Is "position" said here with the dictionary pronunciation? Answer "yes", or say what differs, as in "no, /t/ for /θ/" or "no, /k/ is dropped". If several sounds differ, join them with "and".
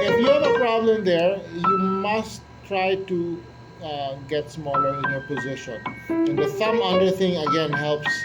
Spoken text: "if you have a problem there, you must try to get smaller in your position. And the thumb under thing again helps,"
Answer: yes